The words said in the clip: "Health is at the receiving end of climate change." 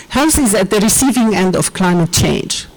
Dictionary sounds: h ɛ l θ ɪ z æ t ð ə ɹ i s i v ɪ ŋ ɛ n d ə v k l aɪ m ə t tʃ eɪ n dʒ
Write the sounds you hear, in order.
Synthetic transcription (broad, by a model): h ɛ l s ɪ z æ t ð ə ɹ i s i v ɪ ŋ ɛ n d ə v k l aɪ m ə t tʃ eɪ n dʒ